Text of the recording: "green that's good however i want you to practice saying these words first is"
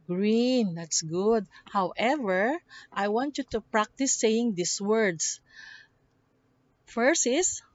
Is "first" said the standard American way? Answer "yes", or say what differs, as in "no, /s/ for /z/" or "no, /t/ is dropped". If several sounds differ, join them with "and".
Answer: no, /t/ is dropped